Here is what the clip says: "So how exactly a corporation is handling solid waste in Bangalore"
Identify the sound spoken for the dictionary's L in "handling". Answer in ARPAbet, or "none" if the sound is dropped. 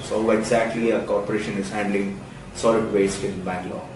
L